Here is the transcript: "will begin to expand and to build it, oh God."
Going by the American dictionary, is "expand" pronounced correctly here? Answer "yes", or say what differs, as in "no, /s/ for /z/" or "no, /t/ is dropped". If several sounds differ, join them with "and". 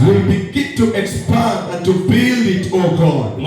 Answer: no, /d/ is dropped